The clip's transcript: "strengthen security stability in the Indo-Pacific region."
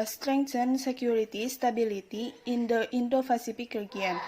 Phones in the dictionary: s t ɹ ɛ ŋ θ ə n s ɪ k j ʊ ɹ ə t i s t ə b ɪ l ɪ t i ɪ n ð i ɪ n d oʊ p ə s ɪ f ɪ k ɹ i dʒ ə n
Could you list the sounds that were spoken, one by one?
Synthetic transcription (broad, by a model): s t ɹ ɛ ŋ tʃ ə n s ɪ k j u ɹ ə t i s t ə b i l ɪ t i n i n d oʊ f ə s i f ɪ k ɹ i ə n